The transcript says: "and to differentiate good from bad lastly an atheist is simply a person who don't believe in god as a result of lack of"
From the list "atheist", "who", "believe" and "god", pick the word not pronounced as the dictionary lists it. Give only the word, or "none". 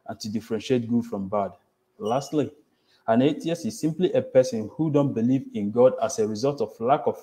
atheist